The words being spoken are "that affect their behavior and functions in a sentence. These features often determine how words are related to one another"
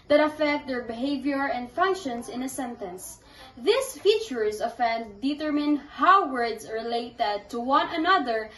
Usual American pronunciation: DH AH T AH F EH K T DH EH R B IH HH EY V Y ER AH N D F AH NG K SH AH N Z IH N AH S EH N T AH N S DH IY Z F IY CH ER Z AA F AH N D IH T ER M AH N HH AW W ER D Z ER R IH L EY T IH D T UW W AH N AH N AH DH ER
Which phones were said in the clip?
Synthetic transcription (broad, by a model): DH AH T AH F EH K T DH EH R B IH HH EY V Y ER AH N D F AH NG K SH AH N S IH N AH S EH N T AH N S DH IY S F IY CH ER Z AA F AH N D IH T ER M AH N HH AW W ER D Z R IH L EY T IH D T UW W AH N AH N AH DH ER